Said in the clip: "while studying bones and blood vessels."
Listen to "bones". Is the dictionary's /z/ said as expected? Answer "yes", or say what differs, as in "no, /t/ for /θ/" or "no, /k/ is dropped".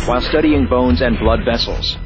yes